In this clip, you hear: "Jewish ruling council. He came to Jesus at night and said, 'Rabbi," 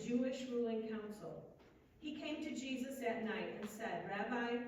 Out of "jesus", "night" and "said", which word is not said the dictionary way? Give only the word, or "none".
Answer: none